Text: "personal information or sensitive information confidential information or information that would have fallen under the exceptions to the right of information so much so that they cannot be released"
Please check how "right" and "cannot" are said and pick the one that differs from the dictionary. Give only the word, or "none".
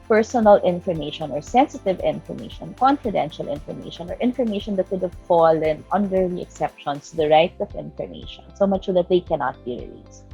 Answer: none